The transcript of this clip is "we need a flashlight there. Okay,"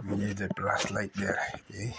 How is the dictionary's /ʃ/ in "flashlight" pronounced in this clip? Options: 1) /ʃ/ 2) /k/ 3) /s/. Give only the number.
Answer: 3